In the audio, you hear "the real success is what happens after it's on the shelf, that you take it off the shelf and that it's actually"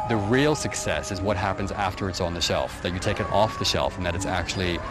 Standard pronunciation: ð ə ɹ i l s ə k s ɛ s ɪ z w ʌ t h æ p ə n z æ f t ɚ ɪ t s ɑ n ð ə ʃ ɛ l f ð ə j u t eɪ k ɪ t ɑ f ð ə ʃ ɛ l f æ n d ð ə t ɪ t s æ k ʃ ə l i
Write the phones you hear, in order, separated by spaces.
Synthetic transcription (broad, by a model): ð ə ɹ i l s ə k s ɛ s ɪ z w ʌ t h æ p ə n z æ f t ɚ ɪ t s n ð ə ʃ ɛ l f ð ə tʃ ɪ t eɪ k ɪ t ɑ f ð ə ʃ ɛ l f n ð ə t ɪ t s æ k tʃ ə l i